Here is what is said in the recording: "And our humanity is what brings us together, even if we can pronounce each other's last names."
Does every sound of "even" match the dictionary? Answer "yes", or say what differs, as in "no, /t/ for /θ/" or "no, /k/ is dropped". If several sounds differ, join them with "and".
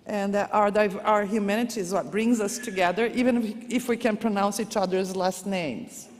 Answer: yes